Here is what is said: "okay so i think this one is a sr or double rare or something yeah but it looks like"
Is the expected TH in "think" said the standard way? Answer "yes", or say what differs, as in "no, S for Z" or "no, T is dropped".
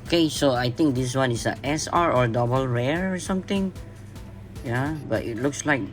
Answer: no, T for TH